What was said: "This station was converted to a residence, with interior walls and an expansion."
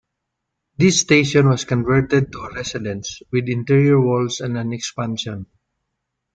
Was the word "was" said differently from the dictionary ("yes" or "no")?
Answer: yes